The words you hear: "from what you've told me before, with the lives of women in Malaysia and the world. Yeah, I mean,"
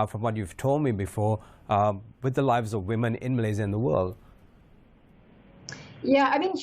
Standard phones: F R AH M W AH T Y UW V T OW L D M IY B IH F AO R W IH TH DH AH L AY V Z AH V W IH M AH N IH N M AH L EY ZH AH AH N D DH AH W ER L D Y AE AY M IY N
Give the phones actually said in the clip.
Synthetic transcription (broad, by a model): F R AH M W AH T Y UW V T OW L D M IY B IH F AO R W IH DH AH L AY V Z AH V W IH M AH N IH N M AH L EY Z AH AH N DH AH W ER L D Y AE AY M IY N